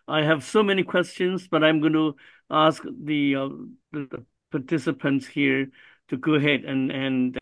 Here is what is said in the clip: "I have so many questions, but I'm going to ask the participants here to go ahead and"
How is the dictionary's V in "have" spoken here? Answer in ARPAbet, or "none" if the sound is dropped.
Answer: V